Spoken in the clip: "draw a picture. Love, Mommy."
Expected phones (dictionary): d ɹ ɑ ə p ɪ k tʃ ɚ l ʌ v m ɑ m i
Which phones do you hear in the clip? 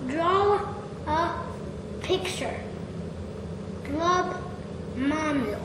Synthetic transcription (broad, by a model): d ɹ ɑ ə p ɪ k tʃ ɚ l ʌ b m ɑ m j